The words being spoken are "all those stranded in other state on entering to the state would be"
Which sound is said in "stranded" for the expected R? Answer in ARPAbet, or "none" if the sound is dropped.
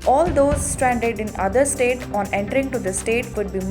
R